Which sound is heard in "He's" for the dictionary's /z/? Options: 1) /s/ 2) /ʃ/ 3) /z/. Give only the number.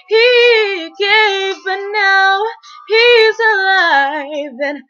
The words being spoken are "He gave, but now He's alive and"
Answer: 3